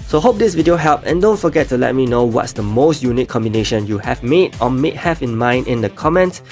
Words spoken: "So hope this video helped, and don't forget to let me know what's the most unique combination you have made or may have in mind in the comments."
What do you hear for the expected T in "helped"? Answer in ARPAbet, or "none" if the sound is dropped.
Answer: none